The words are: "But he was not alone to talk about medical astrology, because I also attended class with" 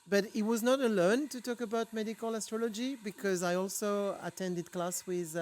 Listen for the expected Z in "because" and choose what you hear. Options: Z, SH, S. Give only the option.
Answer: Z